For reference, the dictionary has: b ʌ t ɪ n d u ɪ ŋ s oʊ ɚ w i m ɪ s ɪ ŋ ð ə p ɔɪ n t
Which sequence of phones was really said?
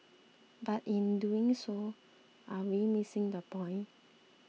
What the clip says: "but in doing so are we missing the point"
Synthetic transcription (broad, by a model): b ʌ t ɪ n d u ɪ ŋ s oʊ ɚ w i m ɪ s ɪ ŋ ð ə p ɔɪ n